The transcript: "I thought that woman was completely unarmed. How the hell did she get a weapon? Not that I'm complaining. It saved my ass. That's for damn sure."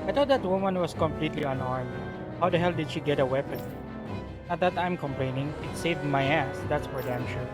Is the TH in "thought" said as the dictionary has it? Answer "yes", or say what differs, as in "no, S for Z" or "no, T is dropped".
no, T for TH